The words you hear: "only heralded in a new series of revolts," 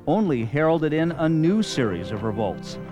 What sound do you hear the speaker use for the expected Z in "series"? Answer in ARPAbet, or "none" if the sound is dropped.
Z